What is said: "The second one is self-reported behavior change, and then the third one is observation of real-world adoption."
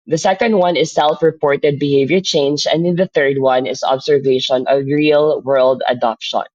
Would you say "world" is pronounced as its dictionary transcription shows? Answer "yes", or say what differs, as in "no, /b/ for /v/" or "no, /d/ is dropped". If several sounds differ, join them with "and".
yes